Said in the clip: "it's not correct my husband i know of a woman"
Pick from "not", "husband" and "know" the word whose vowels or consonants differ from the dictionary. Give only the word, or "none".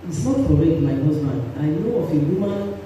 husband